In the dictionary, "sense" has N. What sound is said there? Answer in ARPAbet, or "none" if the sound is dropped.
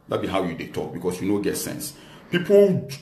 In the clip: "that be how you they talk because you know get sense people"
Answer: N